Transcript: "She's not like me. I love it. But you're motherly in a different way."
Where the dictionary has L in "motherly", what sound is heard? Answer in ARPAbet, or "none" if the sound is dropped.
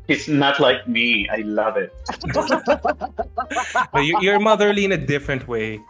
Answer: L